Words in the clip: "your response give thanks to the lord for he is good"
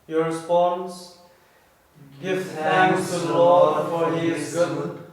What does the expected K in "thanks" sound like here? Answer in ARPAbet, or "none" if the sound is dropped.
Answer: none